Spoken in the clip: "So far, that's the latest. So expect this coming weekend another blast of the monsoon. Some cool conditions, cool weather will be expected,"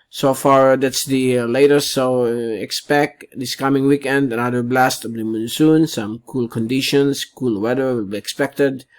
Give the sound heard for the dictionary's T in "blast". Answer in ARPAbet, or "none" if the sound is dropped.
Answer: T